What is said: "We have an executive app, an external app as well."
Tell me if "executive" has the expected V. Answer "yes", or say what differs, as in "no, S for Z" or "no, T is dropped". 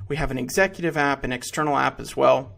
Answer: yes